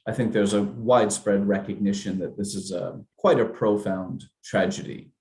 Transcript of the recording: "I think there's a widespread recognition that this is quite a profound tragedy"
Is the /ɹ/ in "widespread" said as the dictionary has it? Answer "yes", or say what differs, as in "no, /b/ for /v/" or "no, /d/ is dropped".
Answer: yes